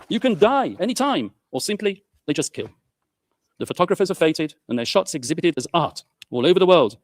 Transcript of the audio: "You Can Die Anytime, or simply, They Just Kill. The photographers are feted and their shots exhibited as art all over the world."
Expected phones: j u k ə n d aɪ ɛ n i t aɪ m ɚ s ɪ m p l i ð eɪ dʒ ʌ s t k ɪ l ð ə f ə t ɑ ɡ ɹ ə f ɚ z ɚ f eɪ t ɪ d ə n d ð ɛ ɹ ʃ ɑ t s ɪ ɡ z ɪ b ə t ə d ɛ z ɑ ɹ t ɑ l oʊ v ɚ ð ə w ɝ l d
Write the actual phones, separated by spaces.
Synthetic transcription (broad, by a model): j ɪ k ə n d aɪ ɛ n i t aɪ m ɚ s ɪ m p l i ð eɪ dʒ ʌ s k ɪ l ð ə f ə t ɑ ɡ ɹ ə f ɚ z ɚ f eɪ t ɪ d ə n ð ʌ ɹ ʃ ɑ t s ɪ ɡ z ɪ b ə t ə d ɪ z ɑ ɹ t ɑ l oʊ v ɚ ð ə w ɝ l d